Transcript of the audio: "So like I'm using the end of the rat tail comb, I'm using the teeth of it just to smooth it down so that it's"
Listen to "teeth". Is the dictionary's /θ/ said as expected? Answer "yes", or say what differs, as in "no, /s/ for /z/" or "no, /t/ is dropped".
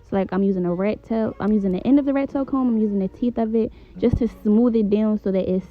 yes